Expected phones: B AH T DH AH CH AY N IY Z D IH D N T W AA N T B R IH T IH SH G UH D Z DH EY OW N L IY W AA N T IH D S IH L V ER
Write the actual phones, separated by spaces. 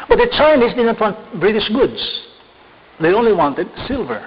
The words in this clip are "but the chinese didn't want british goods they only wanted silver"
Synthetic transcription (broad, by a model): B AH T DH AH CH AY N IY S D IH D N T W AA N T B R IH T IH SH G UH D S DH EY OW N L IY W AA N T IH D S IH L V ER